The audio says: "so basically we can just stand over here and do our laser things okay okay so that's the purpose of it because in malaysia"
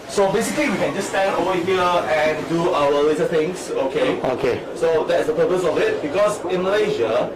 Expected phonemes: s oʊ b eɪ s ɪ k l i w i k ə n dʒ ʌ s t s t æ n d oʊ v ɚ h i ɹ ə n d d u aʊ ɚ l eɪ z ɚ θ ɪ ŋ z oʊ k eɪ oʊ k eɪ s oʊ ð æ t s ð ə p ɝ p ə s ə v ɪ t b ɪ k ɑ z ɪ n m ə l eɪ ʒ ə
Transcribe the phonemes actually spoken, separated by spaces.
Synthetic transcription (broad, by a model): s oʊ b eɪ s ɪ k l i w i k ə n dʒ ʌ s s t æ n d oʊ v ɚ h i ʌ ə n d d u aʊ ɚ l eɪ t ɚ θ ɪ ŋ s oʊ k eɪ oʊ k eɪ s oʊ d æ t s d ə p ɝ p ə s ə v ɪ t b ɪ k ɑ s ɪ n m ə l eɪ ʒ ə